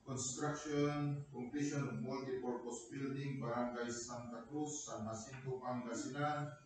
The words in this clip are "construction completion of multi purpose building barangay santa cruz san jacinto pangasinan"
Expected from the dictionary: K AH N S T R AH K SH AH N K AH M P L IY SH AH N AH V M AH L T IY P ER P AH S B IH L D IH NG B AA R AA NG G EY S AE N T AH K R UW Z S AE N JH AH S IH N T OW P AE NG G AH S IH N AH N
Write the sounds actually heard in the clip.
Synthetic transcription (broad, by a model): K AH N S T R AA K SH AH N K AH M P IY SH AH N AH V M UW L T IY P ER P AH S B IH L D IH NG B AA R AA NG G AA S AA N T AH K R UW S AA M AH S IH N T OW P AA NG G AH S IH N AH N